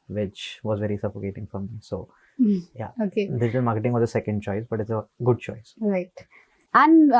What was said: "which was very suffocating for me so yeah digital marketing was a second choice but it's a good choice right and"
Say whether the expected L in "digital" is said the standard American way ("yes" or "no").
no